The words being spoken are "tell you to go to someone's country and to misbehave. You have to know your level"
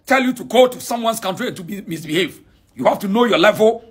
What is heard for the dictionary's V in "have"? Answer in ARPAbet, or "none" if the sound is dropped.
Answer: F